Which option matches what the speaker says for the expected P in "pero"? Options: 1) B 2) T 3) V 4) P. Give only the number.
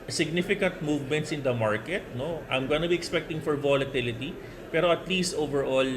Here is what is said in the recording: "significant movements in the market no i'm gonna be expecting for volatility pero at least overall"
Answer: 4